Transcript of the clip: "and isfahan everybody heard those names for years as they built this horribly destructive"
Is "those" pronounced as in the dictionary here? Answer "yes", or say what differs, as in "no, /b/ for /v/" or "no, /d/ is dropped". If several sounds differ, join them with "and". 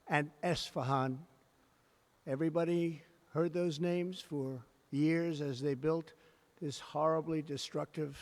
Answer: yes